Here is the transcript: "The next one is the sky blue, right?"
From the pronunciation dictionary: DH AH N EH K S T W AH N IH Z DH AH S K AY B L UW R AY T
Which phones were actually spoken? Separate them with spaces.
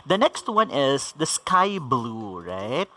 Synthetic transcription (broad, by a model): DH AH N EH K S T W AH N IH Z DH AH S K AY B L UW R AY T